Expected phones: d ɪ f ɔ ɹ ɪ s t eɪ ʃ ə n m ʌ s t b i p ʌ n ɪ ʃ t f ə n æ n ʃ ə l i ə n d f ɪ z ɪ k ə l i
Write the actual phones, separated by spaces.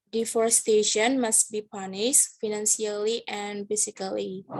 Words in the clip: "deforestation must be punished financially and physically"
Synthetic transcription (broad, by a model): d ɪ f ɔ ɹ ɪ s t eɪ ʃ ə n m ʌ s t b i p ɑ n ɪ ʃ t f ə n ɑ n s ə l i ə n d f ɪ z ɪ k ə l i